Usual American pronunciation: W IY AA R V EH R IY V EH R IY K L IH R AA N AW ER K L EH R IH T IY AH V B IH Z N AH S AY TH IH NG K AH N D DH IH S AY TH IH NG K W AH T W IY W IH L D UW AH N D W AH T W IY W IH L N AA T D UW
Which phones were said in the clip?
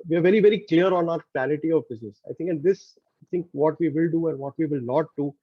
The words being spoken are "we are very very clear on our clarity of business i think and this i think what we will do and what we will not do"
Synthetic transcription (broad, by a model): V IY AA R V EH R IY V EH R IY K L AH R AA N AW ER K EH L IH T IY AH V B IH Z N AH S AY T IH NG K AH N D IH S AY T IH NG K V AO T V IY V IH L D UW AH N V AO T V IY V IH L N AA T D UW